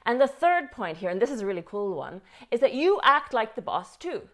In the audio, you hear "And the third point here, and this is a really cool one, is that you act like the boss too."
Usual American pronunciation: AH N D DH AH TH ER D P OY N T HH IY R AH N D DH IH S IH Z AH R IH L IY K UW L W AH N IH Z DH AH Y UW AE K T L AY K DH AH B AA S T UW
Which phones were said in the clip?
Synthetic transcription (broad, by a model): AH N DH AH TH ER D P OY N T HH IY R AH N DH IH S IH Z AH R IH L IY K UW L W AH N IH Z DH AH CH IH AE K T L AY K DH AH B AA S T UW